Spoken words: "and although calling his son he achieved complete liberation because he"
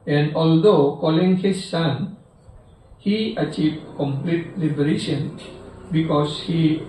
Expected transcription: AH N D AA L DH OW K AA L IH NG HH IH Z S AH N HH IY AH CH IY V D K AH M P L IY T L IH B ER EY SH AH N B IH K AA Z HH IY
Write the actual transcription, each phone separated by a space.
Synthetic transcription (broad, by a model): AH N D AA L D OW K AA L IH NG HH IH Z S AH N HH IY AH CH IY V D K AH M P L IY T L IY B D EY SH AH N B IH K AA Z HH IY